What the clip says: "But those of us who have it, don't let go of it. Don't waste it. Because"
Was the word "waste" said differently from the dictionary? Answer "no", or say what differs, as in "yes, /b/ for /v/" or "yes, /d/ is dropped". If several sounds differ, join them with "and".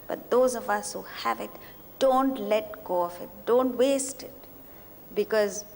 no